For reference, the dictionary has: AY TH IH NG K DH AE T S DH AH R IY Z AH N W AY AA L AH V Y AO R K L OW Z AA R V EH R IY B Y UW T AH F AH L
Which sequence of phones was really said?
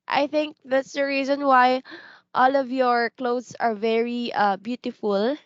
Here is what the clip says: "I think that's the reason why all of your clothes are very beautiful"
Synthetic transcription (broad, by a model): AY TH IH NG K DH AE T S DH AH R IY Z AH N W AY AA L AH V Y AO R K L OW S AA R V EH R IY B Y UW T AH F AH L